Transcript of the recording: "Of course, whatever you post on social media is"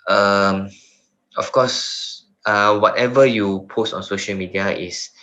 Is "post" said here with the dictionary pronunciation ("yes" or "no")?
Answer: yes